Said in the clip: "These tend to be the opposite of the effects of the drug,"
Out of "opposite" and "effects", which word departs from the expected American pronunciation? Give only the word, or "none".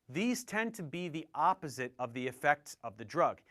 none